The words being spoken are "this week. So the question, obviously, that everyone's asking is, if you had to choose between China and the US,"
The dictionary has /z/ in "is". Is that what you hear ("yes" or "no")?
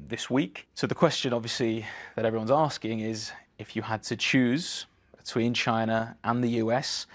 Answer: yes